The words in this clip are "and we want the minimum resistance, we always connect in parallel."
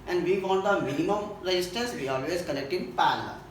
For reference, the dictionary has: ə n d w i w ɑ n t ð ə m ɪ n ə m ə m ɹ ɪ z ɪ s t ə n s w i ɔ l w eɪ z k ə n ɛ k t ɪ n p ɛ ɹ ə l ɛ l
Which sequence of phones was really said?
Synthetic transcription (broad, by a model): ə n d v i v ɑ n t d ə m ɪ n ə m ə m ɹ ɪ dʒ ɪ s t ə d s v i ɔ l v eɪ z k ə l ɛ k t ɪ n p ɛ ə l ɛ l